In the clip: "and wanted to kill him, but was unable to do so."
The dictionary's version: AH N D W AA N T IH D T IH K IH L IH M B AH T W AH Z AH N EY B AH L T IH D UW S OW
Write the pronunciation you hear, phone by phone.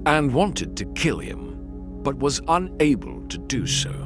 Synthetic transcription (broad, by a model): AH N W AA N T IH D T IH K IH L IH M B AH T W AH Z AH N EY B AH L T IH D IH S OW